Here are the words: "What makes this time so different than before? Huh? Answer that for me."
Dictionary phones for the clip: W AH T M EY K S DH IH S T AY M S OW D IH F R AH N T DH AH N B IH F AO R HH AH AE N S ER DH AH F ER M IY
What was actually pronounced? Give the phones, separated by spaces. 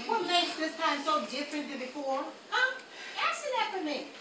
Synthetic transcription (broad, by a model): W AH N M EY S DH IH S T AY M S OW D IH F R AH N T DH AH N B IH F AO R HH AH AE S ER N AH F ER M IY